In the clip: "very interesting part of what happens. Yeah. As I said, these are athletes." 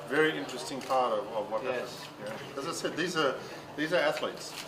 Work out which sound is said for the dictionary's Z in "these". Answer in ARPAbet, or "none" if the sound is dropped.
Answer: Z